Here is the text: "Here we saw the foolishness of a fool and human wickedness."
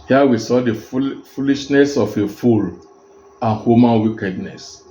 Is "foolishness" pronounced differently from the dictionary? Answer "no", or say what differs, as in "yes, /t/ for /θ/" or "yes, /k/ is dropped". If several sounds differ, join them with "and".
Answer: no